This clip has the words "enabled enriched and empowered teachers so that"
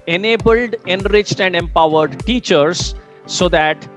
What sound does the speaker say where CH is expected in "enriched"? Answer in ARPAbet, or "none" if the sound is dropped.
CH